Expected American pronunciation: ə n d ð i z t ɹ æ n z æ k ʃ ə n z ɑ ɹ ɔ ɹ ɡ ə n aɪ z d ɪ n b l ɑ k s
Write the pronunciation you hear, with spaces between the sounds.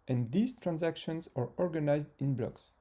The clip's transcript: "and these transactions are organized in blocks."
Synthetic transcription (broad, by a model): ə n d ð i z t ɹ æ n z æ k ʃ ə n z ɑ ɹ ɔ ɹ ɡ ə n aɪ z d ɪ n b l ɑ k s